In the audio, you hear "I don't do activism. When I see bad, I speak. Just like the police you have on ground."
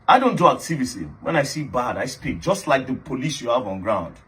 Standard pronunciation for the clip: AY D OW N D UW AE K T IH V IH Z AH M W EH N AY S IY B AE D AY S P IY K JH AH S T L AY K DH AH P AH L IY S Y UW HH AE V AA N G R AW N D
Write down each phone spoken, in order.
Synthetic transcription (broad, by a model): AY D OW N D UW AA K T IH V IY S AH W EH N AY S IY B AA D AY S P IY K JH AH S T L AY K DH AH P AH L IY S Y UW HH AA V AA N G R AW N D